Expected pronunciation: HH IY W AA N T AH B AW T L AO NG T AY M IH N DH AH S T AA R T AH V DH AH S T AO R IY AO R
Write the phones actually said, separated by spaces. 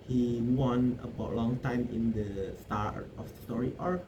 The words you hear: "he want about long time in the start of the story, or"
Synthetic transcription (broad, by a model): HH IY W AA N AH B AW T L AO NG T AY M IH N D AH S T AA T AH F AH S T AO R IY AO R